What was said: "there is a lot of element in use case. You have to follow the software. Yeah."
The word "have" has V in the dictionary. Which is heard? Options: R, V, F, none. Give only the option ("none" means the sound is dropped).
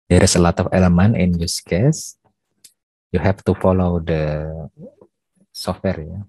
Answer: F